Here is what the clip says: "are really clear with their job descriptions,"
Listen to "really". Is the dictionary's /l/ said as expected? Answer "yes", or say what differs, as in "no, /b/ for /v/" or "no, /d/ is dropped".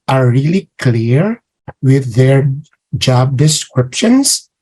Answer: yes